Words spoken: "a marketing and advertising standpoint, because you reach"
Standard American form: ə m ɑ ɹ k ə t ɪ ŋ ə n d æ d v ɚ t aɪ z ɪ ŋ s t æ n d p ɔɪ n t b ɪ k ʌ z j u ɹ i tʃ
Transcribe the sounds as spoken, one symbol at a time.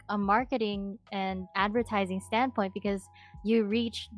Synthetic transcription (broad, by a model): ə m ɑ ɹ k ə t ɪ ŋ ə n æ d v ɚ t aɪ z ɪ ŋ s t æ n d p ɔɪ n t b ɪ k ʌ z j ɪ ɹ i tʃ